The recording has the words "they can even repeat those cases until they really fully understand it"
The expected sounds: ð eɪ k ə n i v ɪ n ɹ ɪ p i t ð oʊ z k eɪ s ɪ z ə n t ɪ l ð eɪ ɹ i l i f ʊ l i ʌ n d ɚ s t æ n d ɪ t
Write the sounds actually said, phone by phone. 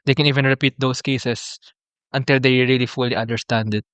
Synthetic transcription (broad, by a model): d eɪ k ə n i v ɪ n ɹ ɪ p i t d oʊ s k eɪ s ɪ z ə n t ɪ l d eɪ ɹ i l i f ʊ l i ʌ n d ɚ s t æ n d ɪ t